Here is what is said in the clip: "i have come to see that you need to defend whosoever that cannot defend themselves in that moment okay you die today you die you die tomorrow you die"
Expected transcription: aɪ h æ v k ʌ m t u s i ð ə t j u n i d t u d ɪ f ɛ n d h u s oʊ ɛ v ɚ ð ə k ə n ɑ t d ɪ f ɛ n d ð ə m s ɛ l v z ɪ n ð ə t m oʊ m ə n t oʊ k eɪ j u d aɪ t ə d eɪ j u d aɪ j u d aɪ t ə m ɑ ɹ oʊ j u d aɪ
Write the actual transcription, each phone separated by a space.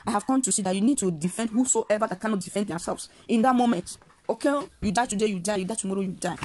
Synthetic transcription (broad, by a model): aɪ h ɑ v k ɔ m t u s i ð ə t j u n i d t u d ɪ f ɛ n d h u s oʊ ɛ v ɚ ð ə k ə n ɑ t d ɪ f ɛ n d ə s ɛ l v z ɪ n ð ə t m oʊ m ə n t oʊ k eɪ j u d aɪ t ə d eɪ j u d aɪ j u d aɪ t ə m ɑ ɹ oʊ j u d aɪ